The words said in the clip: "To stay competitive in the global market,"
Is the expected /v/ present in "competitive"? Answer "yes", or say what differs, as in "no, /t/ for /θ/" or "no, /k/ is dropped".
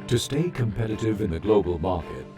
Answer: yes